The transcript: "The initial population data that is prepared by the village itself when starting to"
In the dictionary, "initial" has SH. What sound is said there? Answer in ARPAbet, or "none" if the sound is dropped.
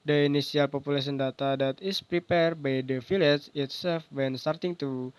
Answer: S